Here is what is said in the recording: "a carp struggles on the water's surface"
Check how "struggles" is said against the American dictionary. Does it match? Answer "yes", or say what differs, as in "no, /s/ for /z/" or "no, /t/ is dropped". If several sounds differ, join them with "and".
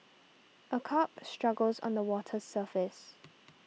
yes